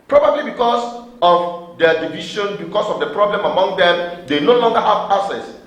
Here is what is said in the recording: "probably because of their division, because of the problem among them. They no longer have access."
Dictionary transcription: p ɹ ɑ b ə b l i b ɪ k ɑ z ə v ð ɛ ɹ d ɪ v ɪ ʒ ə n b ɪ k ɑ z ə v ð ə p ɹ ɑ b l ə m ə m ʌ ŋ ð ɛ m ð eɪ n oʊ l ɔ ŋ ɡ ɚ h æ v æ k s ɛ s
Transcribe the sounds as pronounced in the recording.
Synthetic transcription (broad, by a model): p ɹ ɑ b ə b l i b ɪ k ɑ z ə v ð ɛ d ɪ v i ʃ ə n b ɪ k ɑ s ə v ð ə p ɹ ɑ b l ə m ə m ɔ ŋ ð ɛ m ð eɪ n oʊ l ɔ ŋ ɡ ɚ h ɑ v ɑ s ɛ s